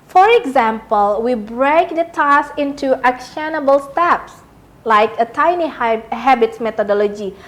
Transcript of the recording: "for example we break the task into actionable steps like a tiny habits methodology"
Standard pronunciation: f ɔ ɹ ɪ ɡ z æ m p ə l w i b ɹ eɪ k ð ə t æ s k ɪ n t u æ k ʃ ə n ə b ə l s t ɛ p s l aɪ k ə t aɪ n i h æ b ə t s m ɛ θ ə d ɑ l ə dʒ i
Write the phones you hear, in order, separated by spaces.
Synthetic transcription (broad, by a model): f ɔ ɹ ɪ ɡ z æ m p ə l w i b ɹ eɪ k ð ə t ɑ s ɪ n t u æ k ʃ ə n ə b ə l s t ɛ p s l aɪ k ə t aɪ n i h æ b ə t s m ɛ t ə d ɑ l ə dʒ i